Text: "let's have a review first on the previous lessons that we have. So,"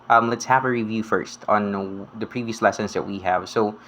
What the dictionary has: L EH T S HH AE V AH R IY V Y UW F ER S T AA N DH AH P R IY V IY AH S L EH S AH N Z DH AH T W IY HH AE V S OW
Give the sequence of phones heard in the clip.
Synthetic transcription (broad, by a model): L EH T S HH AE V AH R IY V Y UW F ER S T N DH AH P R IY V IY AH S L EH S AH N Z DH AH T W IY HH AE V S OW